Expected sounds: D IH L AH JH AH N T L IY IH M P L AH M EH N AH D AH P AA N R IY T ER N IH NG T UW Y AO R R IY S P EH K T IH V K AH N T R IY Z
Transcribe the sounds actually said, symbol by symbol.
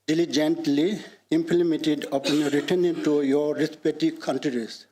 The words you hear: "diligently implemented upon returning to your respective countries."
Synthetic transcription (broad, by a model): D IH L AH JH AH N T L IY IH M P L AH M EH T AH D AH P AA N R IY T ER N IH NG T UW Y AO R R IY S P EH T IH K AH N T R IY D